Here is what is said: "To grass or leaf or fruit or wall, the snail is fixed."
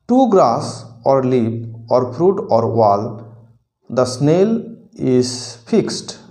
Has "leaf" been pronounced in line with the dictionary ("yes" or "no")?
no